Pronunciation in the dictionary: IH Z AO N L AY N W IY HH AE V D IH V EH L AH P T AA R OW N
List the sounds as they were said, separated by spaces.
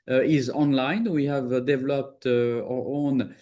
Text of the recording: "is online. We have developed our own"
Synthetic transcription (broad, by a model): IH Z AO N L AY N W IY HH AE V D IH V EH L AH P T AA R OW N